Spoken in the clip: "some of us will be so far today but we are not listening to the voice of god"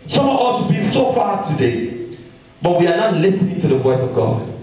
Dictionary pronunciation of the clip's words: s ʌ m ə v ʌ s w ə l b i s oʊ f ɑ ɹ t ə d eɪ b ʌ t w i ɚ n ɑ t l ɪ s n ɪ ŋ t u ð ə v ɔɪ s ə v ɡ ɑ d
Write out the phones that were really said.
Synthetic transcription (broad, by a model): s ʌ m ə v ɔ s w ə b i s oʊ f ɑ t ə d eɪ b ʌ t w i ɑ n ɑ t l ɪ s n ɪ ŋ t u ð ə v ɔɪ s ə v ɡ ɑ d